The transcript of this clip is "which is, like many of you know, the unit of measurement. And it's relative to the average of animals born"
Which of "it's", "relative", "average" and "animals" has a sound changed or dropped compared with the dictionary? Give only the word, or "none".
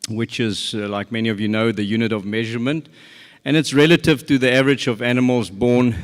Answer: none